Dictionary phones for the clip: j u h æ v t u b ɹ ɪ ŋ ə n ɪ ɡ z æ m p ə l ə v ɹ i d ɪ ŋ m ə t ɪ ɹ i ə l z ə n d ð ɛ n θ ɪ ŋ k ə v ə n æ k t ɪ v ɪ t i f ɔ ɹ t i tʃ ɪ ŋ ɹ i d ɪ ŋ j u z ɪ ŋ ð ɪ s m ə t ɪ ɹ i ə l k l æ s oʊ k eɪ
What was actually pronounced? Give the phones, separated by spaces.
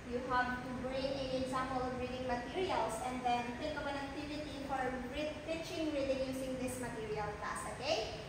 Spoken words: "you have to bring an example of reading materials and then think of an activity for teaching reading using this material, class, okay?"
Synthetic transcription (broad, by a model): j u h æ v t u b ɹ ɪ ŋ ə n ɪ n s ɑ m ə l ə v ɹ i d ɪ ŋ m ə t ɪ ɹ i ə l s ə n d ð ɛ n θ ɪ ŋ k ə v ə n æ k t ɪ v ɪ t i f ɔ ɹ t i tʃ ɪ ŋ ɹ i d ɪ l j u s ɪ ŋ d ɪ s m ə t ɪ ɹ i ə l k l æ s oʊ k eɪ